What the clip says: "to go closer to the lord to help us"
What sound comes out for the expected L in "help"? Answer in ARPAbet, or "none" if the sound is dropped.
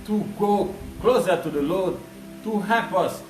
none